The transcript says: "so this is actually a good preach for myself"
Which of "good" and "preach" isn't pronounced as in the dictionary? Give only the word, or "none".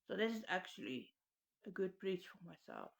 preach